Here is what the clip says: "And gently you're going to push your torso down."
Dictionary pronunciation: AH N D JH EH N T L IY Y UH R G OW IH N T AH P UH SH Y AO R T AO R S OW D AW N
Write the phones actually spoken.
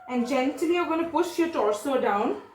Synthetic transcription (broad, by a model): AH N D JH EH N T IY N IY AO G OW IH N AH P UH SH Y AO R T AO R S OW D AW N